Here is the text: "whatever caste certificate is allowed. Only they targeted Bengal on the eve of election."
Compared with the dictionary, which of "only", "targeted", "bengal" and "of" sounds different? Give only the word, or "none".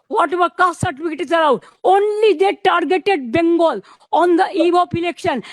of